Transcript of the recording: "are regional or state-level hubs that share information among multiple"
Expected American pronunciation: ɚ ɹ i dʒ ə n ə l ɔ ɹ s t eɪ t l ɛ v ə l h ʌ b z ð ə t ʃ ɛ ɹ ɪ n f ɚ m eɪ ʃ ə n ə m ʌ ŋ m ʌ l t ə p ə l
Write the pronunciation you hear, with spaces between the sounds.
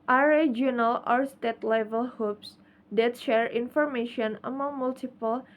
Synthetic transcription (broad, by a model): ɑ ɹ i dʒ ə n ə l ɔ ɹ s t eɪ t l ɛ v ə l h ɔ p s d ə t ʃ ɛ ɹ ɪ n f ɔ m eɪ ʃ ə n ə m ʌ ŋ m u l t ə p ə l